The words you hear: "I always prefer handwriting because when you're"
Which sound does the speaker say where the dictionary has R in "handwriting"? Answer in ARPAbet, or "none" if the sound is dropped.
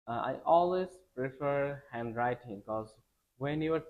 R